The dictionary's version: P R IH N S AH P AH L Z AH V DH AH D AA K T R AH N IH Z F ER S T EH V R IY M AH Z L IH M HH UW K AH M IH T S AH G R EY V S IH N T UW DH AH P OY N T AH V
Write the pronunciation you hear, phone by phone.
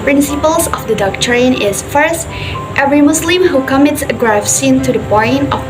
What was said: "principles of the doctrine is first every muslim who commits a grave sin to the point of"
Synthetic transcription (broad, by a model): P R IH N S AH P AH L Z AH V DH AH D AA K T R AH N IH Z F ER S T EH V R IY M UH S L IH M HH UW K AH M IH T S AH G R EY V S IH N T UW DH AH B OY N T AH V